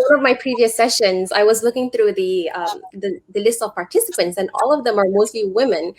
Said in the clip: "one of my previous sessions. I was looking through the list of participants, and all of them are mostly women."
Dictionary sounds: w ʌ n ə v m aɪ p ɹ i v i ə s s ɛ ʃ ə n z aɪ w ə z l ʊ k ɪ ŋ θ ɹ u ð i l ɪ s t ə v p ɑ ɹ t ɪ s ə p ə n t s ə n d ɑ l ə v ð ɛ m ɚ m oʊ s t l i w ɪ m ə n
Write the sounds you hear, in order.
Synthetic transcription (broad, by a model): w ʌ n ə v m aɪ p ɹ i v i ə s s ɛ ʃ ə n z aɪ w ə z l ʊ k ɪ ŋ θ ɹ u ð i l ɪ s t ə v p ɑ ɹ t ɪ s ə p ə n t s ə n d ɑ l ə v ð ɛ m ɚ m oʊ s t l i w ɪ m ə n